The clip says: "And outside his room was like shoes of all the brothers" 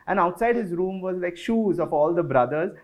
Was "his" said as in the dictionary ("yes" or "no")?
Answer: yes